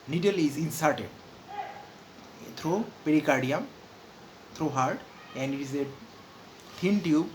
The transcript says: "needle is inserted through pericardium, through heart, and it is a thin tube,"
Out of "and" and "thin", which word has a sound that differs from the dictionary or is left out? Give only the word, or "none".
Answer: thin